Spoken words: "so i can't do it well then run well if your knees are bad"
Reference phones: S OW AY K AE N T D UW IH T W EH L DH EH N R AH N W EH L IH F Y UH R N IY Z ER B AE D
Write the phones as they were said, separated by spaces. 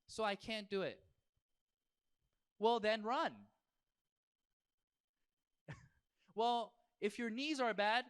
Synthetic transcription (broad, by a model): S OW AY K AE N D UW IH T W EH L DH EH N R AH N W EH L IH F Y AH R N IY Z ER B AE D